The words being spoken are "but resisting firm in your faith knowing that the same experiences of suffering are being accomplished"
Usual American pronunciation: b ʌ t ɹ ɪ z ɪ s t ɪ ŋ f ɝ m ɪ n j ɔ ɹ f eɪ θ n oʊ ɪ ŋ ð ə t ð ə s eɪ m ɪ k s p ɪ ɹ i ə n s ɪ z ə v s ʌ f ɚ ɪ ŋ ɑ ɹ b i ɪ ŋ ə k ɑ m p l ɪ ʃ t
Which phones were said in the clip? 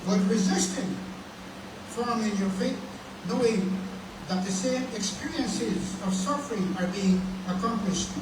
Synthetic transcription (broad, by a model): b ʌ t ɹ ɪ z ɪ s t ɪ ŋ f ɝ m ɪ n j ɔ ɹ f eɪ t n oʊ ɪ ŋ ð ə t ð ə s eɪ m ɪ k s p ɪ ɹ i ə n s ɪ z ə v s ʌ f ɚ ɪ ŋ ɑ ɹ b i ɪ ŋ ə k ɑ m p l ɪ ʃ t